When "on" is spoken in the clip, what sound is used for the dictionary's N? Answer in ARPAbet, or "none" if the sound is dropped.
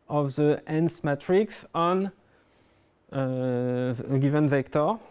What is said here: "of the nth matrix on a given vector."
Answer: N